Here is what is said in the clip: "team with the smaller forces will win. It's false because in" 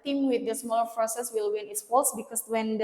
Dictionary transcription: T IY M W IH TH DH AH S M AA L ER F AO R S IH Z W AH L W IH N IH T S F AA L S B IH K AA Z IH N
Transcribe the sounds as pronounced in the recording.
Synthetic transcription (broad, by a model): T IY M W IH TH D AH S M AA L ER P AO S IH S W AH L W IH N IH T S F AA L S B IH K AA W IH N